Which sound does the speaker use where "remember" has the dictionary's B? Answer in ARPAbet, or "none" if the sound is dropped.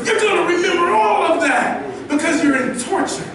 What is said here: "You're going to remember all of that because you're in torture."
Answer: none